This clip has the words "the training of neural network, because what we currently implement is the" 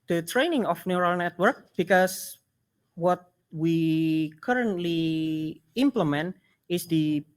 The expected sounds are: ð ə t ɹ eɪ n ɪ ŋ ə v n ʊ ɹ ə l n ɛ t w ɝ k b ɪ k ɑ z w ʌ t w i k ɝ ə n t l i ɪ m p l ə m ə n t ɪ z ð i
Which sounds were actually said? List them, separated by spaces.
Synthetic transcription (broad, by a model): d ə t ɹ eɪ n ɪ ŋ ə f n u ɹ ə l n ɛ t w ɝ k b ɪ k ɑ s w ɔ t w i k ɝ ə n t l i ɪ m p l ə m ə n t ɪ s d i